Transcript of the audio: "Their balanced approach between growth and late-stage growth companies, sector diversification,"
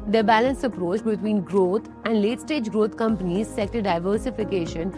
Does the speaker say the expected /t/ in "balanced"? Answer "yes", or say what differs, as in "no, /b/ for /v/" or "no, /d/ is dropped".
no, /t/ is dropped